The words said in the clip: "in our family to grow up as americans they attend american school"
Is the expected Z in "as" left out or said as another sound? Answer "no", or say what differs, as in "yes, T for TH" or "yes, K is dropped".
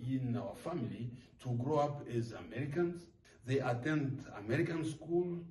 no